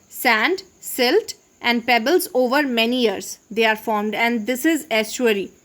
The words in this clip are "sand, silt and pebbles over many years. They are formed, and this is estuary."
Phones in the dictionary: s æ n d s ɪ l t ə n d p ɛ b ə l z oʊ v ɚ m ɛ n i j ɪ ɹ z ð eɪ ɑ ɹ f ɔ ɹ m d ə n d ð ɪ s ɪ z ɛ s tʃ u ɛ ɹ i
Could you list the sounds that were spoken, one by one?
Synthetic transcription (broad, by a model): s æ n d s ɪ l t ə n d p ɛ b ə l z oʊ v ɚ m ɛ n i j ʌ ɹ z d eɪ ɑ ɹ f ɔ ɹ m d ə n d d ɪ s ɪ z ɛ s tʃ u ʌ ɹ i